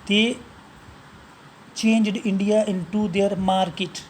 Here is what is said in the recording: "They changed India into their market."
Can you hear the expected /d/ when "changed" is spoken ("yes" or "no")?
yes